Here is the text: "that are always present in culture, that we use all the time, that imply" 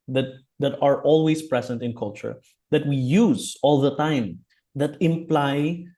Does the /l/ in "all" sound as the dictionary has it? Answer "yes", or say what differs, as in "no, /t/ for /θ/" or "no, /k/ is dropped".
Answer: yes